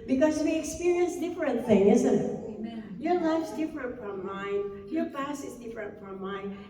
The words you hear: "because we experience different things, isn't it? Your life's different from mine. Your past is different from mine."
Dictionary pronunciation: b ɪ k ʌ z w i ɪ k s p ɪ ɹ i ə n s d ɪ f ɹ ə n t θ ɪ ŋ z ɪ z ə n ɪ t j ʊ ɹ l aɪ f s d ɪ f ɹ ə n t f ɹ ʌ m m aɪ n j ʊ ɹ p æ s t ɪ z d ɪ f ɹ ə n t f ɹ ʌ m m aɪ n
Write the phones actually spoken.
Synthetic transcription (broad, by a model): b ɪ k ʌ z w i ɪ k s p ɪ ɹ i ə n s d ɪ f ɹ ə n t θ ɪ ŋ ɪ z ə n ɪ t j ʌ ɹ l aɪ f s d ɪ f ɹ ə n t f ɹ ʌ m m aɪ n j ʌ ɹ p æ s ɪ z d ɪ f ɹ ə n t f ɹ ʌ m m aɪ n